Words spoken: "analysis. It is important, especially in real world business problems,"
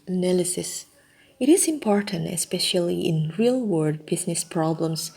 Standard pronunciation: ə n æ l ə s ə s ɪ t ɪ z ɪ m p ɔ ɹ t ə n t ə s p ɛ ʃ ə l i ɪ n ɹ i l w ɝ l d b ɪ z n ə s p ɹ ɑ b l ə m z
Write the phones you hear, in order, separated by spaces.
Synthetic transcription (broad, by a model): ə n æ l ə s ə s ɪ t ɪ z ɪ m p ɔ ɹ t ə n t ə s p ɛ ʃ ə l i ɪ n ɹ i l w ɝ d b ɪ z n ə s p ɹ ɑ b l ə m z